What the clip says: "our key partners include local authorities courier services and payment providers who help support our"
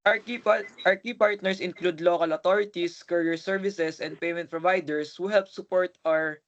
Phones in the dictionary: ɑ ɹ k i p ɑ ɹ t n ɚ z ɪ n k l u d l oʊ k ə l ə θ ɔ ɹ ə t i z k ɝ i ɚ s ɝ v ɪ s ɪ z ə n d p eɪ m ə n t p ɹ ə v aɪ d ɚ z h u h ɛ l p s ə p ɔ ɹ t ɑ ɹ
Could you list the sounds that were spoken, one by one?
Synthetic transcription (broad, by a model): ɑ ɹ k i p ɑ ɹ t n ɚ s ɪ n k l u d l oʊ k ə l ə t ɔ ɹ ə t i s k ɝ i ɚ s ɝ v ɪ s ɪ s ə n d p eɪ m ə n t p ɹ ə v aɪ d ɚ s h u h ɛ l p s ə p ɔ ɹ t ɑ ɹ